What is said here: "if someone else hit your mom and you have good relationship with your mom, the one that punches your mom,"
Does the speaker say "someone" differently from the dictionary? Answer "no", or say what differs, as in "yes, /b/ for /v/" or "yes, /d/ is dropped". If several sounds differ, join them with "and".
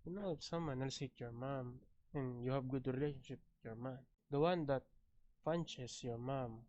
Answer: no